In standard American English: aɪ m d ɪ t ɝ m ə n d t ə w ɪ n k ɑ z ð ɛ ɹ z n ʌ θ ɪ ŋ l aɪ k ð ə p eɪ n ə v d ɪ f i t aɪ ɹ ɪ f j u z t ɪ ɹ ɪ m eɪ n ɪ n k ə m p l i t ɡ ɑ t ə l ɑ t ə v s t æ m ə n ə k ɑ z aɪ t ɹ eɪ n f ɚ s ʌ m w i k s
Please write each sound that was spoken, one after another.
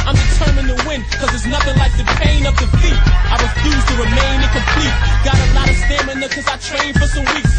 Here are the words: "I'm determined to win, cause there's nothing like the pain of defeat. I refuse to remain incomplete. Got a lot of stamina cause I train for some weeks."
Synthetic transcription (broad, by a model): aɪ m d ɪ t ɝ m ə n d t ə w ɪ n k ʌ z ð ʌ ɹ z n ʌ θ ɪ ŋ l aɪ k ð ə p eɪ n ə v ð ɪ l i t aɪ ɹ ɪ f j u z t ɪ ɹ ɪ m eɪ n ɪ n k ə m p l i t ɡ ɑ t ə l ɑ t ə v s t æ m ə n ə k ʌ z aɪ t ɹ eɪ n f ɚ s ʌ m w i k s